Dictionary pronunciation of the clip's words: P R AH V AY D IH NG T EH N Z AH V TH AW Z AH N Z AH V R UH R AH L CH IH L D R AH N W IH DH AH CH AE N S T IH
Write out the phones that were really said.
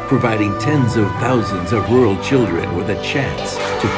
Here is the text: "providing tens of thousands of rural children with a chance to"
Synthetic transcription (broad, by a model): P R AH V AY D IH NG T EH N Z AH V TH AW Z AH N Z AH V R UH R L CH IH L D R AH N W IH DH AH CH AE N S T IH